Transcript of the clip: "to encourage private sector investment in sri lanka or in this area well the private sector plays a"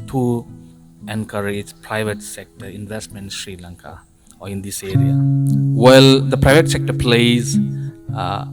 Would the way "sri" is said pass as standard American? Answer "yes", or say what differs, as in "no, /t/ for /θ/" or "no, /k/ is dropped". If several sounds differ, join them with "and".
yes